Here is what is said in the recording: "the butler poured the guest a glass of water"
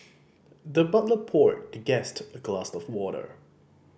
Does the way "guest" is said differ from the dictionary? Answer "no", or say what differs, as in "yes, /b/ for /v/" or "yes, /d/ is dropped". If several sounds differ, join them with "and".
no